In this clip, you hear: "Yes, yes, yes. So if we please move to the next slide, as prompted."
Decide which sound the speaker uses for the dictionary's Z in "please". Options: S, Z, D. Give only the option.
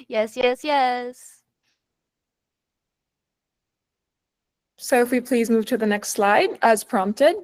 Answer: Z